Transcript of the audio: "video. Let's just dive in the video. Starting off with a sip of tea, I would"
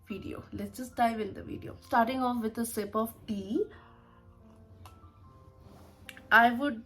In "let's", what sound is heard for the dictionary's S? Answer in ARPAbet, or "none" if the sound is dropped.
none